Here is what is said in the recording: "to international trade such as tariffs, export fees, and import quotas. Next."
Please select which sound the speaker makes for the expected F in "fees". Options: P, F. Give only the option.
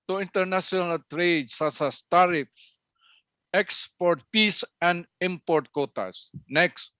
P